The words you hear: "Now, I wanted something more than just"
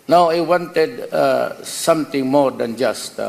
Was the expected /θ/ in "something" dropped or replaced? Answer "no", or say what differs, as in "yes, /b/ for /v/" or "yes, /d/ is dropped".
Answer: yes, /t/ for /θ/